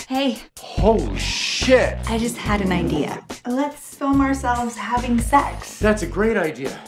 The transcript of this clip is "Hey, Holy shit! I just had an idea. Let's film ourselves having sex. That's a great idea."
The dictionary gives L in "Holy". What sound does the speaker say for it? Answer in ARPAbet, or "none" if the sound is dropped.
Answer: none